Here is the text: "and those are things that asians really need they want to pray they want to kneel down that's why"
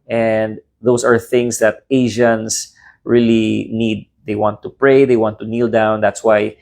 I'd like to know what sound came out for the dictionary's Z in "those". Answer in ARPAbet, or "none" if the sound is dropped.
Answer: S